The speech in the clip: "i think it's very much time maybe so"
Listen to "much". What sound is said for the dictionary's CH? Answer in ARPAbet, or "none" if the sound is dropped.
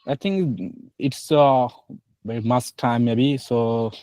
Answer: S